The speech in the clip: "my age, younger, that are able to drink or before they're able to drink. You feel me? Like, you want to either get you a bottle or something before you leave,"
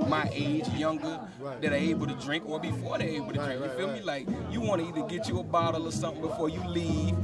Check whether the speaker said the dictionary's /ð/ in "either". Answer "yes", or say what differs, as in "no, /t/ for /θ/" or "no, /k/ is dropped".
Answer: no, /ð/ is dropped